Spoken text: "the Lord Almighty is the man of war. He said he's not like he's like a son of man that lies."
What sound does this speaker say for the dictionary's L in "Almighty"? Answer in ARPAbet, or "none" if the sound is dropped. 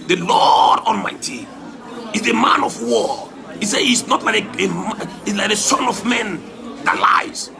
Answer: N